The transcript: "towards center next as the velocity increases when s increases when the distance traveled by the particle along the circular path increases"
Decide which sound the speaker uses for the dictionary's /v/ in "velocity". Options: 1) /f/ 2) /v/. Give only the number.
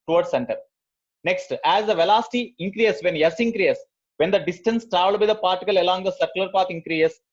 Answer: 2